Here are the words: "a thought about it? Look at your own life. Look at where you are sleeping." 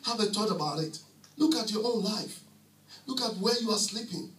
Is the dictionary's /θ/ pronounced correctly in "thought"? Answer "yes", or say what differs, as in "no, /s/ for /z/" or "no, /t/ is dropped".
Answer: no, /t/ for /θ/